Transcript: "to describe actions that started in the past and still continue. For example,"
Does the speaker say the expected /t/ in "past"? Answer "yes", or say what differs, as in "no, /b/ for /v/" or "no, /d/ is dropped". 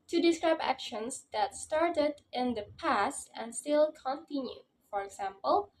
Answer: yes